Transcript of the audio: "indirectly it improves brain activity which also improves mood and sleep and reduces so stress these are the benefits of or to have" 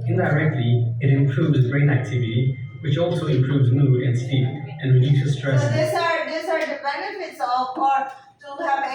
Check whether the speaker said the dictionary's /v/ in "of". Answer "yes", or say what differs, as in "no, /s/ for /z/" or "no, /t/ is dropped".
no, /p/ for /v/